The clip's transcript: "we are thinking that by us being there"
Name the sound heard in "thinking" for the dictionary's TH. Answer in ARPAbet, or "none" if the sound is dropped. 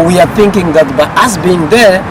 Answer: TH